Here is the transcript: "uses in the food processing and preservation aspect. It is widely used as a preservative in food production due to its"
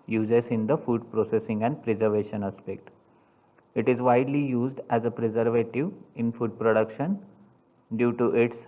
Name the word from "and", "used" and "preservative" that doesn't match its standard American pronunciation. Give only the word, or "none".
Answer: none